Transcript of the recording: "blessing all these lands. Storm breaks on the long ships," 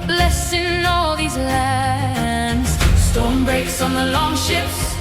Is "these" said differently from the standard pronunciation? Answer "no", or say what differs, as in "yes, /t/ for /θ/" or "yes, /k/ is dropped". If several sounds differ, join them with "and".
no